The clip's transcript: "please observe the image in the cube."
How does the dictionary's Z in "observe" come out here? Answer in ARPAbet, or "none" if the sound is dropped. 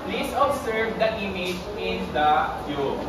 S